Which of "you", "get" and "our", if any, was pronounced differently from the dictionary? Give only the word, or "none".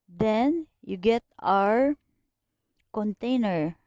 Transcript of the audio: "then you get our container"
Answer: none